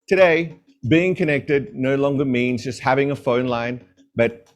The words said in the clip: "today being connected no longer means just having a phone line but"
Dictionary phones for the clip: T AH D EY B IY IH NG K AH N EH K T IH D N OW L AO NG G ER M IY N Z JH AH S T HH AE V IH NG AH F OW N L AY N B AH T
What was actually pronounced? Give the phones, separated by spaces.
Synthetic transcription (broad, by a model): T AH D EY B IY IH NG K AH N EH K T IH D N OW L AO NG G ER M IY N Z JH AH S T HH AE V IH NG AH F OW N L AY N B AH T